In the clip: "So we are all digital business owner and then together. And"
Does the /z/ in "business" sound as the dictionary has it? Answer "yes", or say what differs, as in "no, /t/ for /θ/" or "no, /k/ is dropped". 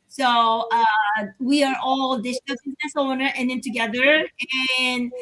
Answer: yes